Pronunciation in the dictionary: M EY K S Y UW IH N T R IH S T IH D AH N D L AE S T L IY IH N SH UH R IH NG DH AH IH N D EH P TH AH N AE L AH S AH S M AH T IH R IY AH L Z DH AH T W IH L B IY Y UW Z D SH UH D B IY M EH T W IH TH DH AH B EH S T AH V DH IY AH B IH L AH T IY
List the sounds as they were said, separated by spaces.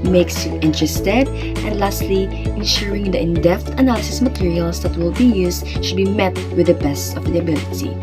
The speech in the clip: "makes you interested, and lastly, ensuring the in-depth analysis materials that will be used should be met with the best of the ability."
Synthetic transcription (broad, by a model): M EY K S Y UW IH N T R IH S T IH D AH N D L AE S T L IY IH N SH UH R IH NG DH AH IH N D EH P T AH N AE L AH S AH S M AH T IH R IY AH L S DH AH T W IH L B IY Y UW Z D SH UH D B IY M EH T W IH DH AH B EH S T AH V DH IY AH B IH L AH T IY